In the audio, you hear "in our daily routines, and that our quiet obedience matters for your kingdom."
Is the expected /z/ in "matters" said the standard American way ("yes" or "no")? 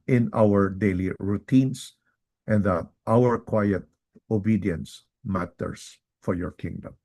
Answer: no